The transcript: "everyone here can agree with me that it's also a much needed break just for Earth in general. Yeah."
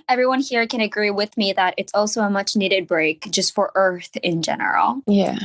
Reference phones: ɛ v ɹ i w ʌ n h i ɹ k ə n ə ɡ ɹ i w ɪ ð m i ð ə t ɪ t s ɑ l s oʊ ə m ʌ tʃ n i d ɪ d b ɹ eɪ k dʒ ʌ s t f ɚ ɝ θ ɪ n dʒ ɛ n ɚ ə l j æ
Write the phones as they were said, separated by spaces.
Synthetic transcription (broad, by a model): ɛ v ɹ i w ʌ n h i ɹ k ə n ə ɡ ɹ i w ɪ ð m i ð ə t ɪ t s ɑ l s oʊ ə m ʌ tʃ n i d ɪ d b ɹ eɪ k dʒ ʌ s t f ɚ ɝ θ ɪ n dʒ ɛ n ɚ l j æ